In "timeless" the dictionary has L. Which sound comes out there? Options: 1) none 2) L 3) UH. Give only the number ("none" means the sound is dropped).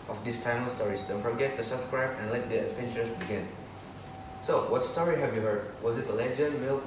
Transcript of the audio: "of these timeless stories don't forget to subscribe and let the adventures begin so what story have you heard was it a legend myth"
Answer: 1